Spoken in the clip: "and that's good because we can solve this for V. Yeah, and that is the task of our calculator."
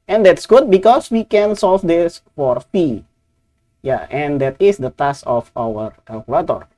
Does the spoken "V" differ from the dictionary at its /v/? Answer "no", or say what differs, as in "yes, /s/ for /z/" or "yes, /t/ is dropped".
yes, /p/ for /v/